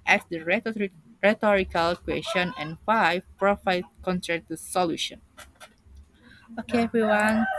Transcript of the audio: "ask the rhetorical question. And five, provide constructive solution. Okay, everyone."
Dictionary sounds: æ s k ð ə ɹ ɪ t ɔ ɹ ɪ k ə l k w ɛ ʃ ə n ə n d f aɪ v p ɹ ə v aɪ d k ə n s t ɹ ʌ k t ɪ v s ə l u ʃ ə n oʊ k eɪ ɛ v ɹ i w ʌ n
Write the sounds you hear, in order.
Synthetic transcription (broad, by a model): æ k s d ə ɹ ɪ t ɔ ɹ ɪ k ə l k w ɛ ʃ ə n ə n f aɪ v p ɹ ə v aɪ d k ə n t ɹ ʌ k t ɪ s ə l u ʃ ə n oʊ k eɪ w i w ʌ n